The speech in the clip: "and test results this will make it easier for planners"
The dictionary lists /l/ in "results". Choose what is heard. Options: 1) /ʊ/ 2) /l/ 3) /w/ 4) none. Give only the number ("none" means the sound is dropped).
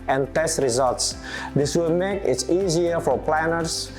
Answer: 2